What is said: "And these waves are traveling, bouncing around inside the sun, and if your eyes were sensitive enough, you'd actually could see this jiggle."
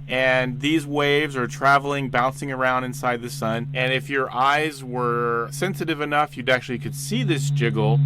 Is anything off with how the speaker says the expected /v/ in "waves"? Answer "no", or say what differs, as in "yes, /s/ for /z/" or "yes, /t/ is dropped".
no